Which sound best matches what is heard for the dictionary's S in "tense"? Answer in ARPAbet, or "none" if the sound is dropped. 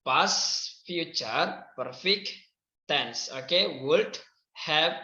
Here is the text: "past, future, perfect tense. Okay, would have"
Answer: S